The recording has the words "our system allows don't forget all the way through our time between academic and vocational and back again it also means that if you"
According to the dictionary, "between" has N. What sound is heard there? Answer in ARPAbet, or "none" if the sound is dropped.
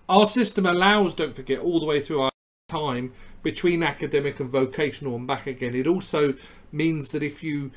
N